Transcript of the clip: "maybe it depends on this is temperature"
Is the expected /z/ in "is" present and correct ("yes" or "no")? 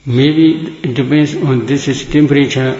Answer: no